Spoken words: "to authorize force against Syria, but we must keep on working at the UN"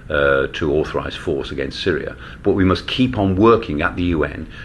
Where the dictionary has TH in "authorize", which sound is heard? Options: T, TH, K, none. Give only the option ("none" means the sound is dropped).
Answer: TH